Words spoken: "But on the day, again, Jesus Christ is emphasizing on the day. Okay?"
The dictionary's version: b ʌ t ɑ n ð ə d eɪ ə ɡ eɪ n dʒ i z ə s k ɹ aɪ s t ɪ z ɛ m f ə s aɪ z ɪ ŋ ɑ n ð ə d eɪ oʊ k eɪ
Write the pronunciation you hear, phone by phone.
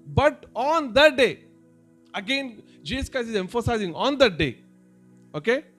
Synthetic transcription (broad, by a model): b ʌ t ɑ n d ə d eɪ ə ɡ eɪ n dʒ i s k aɪ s ɪ z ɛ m f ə s aɪ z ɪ ŋ ɑ n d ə d eɪ oʊ k eɪ